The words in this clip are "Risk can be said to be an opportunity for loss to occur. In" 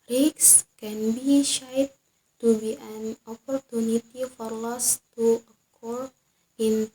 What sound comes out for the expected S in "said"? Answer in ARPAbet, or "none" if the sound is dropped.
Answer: SH